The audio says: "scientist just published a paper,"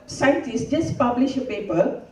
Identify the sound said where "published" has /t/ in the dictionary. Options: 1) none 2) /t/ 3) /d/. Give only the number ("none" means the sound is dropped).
1